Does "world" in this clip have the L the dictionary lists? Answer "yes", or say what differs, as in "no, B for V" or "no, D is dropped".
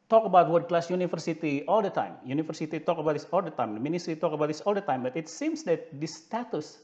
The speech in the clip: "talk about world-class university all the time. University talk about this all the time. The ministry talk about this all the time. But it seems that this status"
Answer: no, L is dropped